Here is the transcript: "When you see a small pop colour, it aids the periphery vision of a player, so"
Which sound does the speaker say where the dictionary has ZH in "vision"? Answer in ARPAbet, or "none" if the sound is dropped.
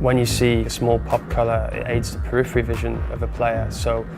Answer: ZH